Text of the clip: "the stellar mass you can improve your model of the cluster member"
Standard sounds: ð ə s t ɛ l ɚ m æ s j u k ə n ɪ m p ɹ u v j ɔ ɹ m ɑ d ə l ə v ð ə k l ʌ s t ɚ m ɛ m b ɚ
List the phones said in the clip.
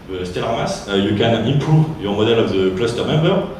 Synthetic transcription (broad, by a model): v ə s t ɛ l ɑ m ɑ s j u k ə n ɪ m p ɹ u v j ɔ ɹ m ɑ d ə l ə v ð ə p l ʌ s t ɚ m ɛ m b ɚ